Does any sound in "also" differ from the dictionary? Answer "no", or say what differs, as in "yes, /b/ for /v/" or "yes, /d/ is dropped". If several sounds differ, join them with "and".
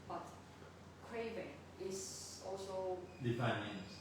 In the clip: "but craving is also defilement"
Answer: no